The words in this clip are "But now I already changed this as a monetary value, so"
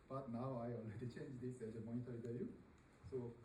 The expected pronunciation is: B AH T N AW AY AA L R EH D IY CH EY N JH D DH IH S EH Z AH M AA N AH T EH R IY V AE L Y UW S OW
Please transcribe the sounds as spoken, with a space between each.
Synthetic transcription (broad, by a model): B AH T N AW AY AA L R EH D IY CH EY N JH D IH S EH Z AH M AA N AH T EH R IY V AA Y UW S OW